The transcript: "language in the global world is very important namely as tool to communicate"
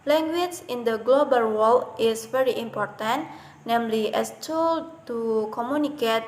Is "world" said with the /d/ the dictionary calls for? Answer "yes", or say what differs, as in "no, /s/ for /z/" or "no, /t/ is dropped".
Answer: no, /d/ is dropped